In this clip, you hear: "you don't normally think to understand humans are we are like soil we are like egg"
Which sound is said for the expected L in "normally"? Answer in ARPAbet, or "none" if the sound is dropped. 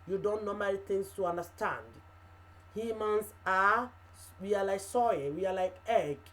N